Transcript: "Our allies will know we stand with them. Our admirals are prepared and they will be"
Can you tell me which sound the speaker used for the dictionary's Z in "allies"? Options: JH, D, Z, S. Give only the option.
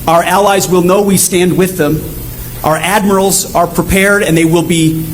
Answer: Z